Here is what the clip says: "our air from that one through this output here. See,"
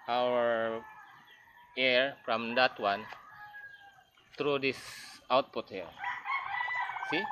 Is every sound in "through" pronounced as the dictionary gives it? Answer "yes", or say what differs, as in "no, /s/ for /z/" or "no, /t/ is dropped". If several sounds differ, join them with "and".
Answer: no, /t/ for /θ/